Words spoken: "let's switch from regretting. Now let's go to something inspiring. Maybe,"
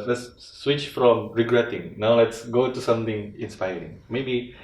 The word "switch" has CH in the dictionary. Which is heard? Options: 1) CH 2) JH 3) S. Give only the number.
1